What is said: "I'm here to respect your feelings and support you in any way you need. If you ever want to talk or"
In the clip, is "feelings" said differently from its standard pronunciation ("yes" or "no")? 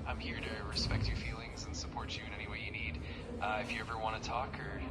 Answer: no